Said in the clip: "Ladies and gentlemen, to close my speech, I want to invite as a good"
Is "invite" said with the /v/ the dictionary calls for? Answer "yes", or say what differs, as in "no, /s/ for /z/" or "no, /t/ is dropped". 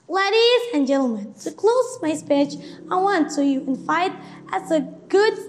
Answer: no, /f/ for /v/